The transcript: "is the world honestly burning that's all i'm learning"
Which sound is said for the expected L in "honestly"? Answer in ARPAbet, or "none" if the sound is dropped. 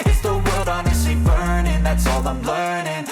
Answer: none